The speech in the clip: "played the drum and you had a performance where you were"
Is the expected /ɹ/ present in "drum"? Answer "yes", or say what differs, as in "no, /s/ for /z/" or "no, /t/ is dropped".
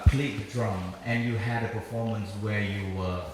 yes